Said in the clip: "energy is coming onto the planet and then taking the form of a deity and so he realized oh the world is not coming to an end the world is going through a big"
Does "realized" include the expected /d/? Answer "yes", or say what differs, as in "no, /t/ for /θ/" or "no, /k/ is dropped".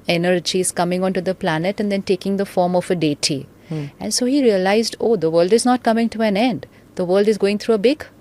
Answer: yes